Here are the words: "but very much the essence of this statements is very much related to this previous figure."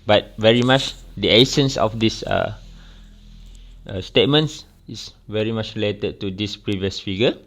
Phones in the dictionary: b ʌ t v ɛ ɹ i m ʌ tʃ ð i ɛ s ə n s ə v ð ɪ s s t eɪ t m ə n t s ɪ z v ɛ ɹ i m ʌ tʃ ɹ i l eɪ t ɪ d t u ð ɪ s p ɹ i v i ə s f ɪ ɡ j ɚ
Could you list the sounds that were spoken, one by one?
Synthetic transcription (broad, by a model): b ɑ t v ɛ ɹ i m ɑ tʃ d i ɛ s ə n s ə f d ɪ s s t eɪ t m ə n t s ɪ s v ɛ ɹ i m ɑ tʃ ɹ i l eɪ t ɪ d t u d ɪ s p ɹ i v i ə s f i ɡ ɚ